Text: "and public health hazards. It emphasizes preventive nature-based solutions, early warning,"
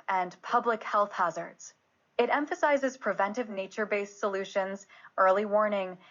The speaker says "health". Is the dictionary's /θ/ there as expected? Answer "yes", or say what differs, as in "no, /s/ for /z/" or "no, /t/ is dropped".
yes